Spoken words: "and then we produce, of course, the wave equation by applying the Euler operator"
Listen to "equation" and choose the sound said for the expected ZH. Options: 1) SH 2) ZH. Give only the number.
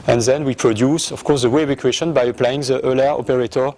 1